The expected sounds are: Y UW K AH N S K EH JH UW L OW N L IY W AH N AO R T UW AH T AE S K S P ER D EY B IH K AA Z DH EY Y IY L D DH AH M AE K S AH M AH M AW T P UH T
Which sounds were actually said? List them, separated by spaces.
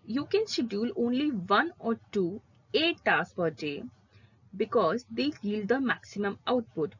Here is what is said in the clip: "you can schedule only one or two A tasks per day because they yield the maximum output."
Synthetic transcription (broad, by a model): Y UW K AH N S EH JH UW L OW N L IY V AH N AO R T UW AH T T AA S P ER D EY B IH K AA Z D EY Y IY L D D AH M AE K S AH M AH M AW T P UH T